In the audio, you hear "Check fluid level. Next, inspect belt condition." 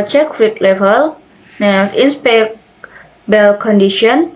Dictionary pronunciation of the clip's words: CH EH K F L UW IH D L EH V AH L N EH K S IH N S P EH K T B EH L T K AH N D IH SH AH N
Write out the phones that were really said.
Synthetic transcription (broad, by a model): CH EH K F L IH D L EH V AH L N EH S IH N S P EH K B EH L K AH N D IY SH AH N